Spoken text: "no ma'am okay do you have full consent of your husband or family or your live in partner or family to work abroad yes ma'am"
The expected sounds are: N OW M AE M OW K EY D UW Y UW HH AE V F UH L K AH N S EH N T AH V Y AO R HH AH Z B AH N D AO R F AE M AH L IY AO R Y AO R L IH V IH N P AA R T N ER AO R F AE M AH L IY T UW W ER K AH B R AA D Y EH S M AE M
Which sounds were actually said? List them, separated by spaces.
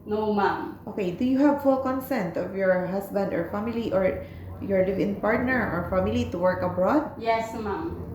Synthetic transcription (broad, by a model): N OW M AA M OW K EY D UW Y UW HH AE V F UH L K AH N S EH N T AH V Y AO R HH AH S B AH N D AO R F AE M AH L IY AO R Y AO R L IH V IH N P AA R T N ER AO R F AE M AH L IY T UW W ER K AH B R AA D Y EH S M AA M